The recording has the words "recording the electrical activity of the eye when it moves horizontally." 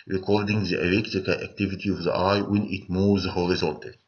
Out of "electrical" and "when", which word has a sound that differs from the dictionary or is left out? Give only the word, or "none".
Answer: electrical